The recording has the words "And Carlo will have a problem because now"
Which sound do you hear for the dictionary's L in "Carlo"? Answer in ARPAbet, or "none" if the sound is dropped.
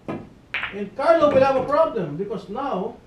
N